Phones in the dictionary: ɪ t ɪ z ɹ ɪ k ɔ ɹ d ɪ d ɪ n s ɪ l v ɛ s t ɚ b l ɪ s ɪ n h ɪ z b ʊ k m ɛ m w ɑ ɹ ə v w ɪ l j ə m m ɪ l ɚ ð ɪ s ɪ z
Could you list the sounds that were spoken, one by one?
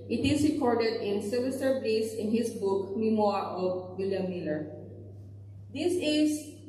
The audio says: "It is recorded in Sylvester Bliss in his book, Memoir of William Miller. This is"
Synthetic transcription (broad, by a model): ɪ t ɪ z ɹ ɪ k ɔ ɹ d ɪ d ɪ n s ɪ v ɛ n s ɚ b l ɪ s ɪ n h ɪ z b ʊ k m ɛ m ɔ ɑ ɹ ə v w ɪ l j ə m m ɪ l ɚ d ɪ s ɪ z